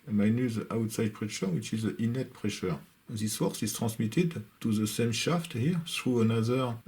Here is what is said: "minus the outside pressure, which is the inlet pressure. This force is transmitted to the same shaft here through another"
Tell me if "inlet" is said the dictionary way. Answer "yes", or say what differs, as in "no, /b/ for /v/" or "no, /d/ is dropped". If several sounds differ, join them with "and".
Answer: no, /l/ is dropped